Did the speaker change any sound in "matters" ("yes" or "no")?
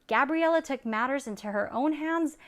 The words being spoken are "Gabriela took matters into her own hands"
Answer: no